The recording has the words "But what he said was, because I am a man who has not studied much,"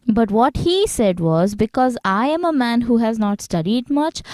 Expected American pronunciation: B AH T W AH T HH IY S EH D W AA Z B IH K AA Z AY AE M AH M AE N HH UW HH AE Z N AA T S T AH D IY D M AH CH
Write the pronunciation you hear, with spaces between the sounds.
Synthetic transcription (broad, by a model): B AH T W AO T HH IY S EH D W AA Z B IH K AA Z AY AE M AH M AE N HH UW HH AE Z N AA T S T AH D IY D M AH CH